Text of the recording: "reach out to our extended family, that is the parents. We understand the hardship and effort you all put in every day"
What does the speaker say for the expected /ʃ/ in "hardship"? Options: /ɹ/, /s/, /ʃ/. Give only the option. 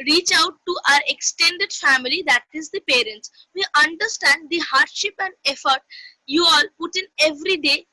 /ʃ/